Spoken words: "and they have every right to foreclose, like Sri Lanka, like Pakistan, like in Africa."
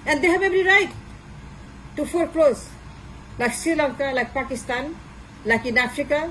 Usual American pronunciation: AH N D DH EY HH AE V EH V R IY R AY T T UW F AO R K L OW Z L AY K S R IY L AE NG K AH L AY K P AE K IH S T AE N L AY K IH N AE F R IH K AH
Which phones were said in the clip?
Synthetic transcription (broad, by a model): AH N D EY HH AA B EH B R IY R AY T T UW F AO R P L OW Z L AY K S IY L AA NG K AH L AY K P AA K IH S T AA N L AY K IH N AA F R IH K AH